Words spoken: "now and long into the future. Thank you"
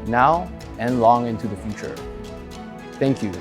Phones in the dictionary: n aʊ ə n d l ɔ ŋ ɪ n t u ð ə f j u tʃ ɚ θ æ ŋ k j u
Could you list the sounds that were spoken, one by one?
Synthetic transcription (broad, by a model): n aʊ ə n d l ɔ ŋ ɪ n t u ð ə f j u tʃ ɚ θ æ ŋ k j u